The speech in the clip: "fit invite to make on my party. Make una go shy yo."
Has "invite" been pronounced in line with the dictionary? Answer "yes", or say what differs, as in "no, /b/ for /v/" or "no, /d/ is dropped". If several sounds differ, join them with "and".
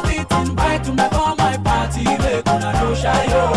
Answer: no, /b/ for /v/